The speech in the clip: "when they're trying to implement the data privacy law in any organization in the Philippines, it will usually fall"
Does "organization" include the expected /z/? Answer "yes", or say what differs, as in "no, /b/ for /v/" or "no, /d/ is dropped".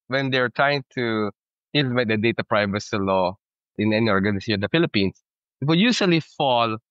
no, /s/ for /z/